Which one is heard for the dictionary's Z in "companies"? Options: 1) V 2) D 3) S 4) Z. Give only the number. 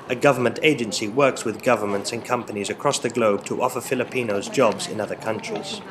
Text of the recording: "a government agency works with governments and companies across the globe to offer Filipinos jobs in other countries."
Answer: 4